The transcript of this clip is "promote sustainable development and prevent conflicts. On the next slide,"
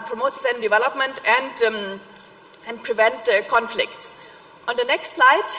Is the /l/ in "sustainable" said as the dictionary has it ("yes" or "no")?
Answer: no